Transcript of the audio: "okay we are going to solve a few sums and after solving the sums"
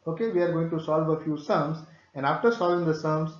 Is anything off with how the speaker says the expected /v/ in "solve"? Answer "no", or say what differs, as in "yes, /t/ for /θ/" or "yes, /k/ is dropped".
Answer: no